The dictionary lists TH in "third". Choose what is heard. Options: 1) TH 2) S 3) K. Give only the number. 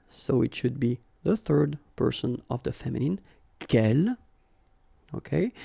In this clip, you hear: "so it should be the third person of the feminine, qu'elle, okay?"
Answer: 1